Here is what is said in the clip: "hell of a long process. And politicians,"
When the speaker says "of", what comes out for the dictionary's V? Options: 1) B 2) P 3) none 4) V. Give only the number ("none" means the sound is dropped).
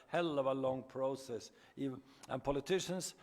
4